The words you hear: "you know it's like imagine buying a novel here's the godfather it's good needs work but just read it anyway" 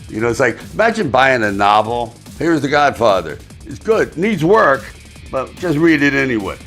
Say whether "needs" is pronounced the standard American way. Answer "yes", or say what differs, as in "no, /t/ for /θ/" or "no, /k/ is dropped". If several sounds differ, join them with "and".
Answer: yes